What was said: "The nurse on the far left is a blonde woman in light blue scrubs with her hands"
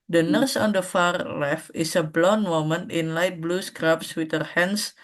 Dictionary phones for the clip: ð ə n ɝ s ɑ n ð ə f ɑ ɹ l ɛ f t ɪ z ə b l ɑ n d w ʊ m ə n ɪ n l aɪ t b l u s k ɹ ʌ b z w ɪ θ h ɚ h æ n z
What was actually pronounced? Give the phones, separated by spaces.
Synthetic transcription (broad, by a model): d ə n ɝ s ɑ n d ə f ɑ ɹ l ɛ f ɪ s ə b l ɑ n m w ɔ m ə n ɪ n l aɪ t b l u s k ɹ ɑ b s w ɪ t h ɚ h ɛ n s